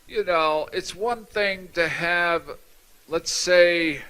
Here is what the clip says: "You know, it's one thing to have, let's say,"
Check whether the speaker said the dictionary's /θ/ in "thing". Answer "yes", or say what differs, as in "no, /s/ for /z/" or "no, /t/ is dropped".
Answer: yes